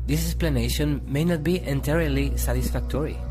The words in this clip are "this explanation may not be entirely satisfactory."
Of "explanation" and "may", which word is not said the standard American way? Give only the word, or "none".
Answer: explanation